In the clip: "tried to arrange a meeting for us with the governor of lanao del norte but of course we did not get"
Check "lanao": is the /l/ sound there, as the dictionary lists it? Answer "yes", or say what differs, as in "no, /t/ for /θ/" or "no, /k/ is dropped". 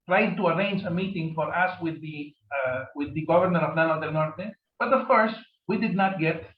no, /n/ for /l/